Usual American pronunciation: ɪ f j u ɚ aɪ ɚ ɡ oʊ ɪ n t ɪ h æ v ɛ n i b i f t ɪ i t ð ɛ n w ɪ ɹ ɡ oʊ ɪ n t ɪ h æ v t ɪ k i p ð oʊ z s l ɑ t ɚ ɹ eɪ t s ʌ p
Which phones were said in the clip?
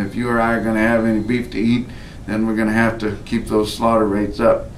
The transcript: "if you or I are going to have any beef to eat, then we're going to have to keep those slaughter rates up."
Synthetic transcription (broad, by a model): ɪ f j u ɚ aɪ ɚ ɡ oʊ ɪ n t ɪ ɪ v ɛ n i b i f t ɪ i t ð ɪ n w ɪ ɹ ɡ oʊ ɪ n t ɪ h æ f t ɪ k i p ð oʊ z s l ɑ t ɚ ɹ eɪ t s ʌ p